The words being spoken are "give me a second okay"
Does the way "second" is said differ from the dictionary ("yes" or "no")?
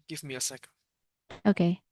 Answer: yes